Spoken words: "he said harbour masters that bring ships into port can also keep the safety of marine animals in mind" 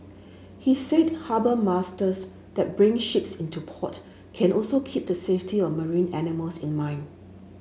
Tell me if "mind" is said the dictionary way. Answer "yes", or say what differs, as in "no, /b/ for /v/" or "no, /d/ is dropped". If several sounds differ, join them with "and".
no, /d/ is dropped